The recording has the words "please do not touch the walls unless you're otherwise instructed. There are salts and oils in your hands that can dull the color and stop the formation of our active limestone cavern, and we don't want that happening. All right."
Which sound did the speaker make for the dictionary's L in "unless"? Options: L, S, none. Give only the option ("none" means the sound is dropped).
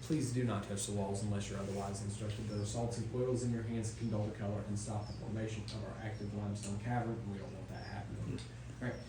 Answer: L